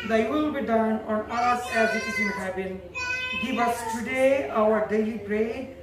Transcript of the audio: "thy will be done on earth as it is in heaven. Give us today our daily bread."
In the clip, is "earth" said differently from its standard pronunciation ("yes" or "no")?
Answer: yes